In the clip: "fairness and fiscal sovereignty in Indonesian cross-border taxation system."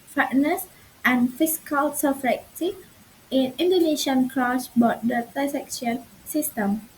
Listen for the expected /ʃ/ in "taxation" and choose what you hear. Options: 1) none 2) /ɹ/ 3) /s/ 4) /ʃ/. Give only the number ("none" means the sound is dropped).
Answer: 1